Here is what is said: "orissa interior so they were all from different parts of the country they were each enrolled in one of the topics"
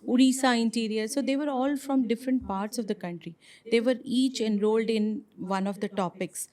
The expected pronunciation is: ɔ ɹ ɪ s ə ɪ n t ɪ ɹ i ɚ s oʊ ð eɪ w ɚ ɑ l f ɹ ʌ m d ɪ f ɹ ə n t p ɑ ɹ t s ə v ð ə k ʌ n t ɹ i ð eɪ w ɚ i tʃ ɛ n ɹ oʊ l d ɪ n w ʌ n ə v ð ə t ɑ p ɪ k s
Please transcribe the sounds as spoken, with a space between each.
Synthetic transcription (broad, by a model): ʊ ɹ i s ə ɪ n t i ɹ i ɚ s oʊ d eɪ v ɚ ɑ l f ɹ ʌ m d ɪ f ɹ ə n t p ɑ ɹ t s ə v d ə k ʌ n t ɹ i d eɪ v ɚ i tʃ ɛ n ɹ oʊ l d ɪ n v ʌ n ə v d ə t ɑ p ɪ k s